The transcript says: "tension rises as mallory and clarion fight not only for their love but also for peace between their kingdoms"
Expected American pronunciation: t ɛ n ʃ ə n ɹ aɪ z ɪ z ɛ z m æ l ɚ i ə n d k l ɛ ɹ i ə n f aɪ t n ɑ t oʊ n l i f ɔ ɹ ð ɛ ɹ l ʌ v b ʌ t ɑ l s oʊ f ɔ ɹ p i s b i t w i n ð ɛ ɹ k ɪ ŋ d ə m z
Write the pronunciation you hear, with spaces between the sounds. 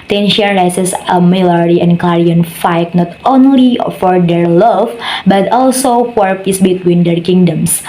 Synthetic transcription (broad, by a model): t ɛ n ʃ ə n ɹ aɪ s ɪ s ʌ m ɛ l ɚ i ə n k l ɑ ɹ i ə n f aɪ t n ɑ t oʊ n l i f ɔ ɹ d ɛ ɹ l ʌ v b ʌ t ɑ l s oʊ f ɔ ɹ p i s b i t w i n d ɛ ɹ k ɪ ŋ d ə m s